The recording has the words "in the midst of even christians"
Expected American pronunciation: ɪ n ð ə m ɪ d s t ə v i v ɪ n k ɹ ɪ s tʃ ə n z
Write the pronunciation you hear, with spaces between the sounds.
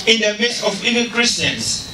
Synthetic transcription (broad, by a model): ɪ n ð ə m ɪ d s ə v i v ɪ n k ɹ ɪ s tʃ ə n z